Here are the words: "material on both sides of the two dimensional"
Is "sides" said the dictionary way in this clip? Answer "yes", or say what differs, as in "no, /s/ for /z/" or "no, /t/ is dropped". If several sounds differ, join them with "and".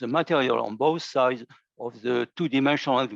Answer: yes